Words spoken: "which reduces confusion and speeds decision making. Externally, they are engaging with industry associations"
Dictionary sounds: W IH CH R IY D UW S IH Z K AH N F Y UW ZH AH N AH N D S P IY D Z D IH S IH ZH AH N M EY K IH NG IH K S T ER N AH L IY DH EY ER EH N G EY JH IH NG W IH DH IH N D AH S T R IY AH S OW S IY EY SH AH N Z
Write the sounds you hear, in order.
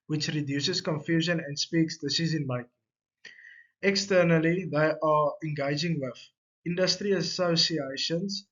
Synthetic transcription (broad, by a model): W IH CH R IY D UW S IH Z K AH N F Y UW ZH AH N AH N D S P IY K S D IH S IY Z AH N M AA IH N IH K S T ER N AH L IY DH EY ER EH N G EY JH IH NG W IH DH IH N D AH S T R IY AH S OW S IY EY SH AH N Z